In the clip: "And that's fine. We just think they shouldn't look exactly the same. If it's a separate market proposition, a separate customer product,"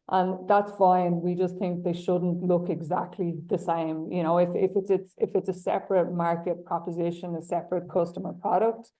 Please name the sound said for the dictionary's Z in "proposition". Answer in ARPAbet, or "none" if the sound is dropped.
Z